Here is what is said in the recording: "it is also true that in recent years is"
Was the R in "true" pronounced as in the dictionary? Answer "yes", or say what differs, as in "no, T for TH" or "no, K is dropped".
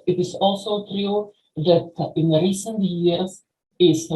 yes